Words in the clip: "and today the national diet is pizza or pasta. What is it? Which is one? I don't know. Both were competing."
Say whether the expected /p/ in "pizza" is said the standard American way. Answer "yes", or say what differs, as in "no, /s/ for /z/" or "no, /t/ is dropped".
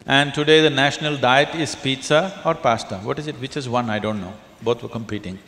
yes